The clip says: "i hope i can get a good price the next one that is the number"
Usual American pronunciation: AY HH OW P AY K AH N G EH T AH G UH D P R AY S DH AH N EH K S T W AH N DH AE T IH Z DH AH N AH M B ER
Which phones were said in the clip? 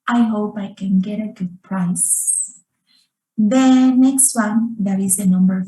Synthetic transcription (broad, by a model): AY HH OW P AY K AH N G EH T AH G UH D P R AY S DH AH N EH K S T W AH N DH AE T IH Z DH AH N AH M B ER